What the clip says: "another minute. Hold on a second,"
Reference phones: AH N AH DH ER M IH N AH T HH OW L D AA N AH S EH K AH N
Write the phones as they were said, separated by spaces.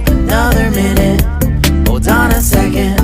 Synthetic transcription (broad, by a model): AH N AH DH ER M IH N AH T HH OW D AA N AH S EH K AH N